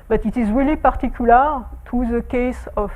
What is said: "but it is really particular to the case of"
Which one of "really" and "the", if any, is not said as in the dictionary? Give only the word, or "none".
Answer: none